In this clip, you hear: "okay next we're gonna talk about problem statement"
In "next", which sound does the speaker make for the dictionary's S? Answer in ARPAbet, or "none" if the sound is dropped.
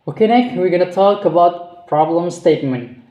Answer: none